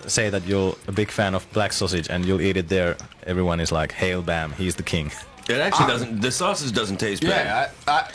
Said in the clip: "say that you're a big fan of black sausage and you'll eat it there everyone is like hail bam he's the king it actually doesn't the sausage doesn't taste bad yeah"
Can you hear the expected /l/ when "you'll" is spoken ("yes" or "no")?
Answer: yes